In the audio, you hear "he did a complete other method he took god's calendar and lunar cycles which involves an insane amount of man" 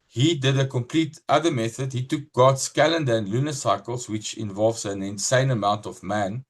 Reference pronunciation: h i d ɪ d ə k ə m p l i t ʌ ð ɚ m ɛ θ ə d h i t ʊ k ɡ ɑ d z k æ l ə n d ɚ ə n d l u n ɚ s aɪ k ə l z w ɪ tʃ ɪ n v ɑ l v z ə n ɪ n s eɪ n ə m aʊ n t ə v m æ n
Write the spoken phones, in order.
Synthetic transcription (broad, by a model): h i d ɪ d ə k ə m p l i t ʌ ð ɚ m ɛ θ ə d h i t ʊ k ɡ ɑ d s k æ l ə n d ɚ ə n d l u n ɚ s aɪ k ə l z w ɪ tʃ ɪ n v ɑ l v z ə n ɪ n s eɪ n ə m aʊ n t ə v m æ n